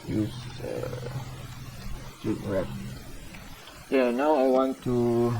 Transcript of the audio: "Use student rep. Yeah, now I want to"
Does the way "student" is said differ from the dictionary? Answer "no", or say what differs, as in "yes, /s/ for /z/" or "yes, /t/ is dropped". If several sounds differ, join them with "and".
yes, /n/ is dropped